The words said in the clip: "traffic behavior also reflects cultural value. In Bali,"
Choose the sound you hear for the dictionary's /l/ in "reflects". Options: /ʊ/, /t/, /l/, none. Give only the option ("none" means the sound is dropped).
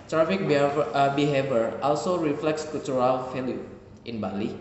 /l/